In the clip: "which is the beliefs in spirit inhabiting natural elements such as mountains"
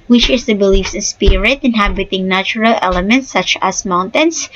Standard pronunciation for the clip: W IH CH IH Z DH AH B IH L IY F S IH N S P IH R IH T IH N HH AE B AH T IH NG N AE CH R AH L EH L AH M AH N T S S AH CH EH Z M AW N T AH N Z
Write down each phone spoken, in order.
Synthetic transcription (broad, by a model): W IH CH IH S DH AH B IH L IY F S IH N S P IH R IH T IH N HH AE B AH T IH NG N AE CH R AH L EH L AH M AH N T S S AH CH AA S M AW N T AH N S